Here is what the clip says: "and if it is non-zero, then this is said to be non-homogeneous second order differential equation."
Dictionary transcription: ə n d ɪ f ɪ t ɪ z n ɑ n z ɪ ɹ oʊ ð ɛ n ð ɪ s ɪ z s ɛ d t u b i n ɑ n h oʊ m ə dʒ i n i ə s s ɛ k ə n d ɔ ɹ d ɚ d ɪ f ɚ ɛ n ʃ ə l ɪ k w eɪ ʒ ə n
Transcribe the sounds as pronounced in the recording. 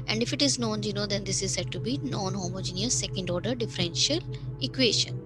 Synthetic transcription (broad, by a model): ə n d ɪ f ɪ t ɪ z n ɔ n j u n oʊ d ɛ n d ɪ s ɪ z s ɛ d t u b i n ɑ n h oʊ m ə dʒ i n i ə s s ɛ k ə n d ɔ ɹ d ɚ d ɪ f ɚ ɛ n ʃ ə l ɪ k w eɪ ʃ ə n